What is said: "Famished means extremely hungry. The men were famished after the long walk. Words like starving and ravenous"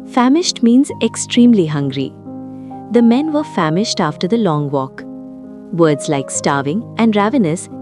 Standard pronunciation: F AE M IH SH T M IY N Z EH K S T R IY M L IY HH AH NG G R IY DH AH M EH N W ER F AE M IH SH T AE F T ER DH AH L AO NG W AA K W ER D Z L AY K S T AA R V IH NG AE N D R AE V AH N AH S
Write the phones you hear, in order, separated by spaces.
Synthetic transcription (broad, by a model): F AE M IH SH T M IY N Z EH K S T R IY M L IY HH AH NG G R IY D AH M EH N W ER F AE M IH SH T AE F T ER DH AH L AO NG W AA K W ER D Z L AY K S T AA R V IH NG AE N D R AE V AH N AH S